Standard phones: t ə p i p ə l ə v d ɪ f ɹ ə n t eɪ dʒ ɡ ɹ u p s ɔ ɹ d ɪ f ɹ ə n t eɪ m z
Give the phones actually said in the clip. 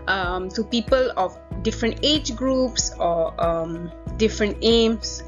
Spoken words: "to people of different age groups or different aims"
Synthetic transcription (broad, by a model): t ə p i p ə l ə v d ɪ f ɹ ə n t eɪ dʒ ɡ ɹ u p s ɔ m d ɪ f ɹ ə n t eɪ m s